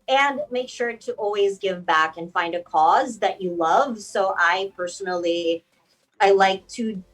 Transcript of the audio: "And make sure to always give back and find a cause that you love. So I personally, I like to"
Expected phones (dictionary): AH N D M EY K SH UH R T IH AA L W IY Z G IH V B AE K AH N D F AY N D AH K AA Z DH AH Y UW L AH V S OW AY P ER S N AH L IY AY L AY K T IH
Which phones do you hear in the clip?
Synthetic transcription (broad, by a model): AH N M EY K SH UH R T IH AA L W IY Z G IH V B AE K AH N F AY N D AH K AA Z DH AH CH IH L AH V S OW AY P ER S N L IY AY L AY K T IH